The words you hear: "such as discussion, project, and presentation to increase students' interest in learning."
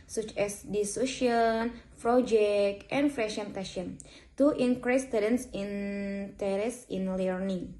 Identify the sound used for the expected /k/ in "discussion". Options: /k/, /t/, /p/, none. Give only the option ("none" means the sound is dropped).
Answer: none